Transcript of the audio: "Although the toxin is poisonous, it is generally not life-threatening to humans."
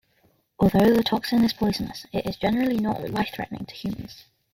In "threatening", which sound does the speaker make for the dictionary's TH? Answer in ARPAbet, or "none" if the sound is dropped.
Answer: TH